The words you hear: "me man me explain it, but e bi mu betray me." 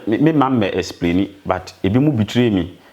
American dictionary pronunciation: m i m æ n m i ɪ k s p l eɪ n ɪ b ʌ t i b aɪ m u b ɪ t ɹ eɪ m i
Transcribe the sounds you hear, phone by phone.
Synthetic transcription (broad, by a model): m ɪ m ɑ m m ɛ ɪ s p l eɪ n ɪ b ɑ t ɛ b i m u b ɪ t ɹ eɪ m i